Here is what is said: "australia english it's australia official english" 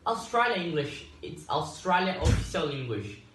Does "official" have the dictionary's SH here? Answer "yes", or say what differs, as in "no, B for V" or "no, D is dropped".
no, S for SH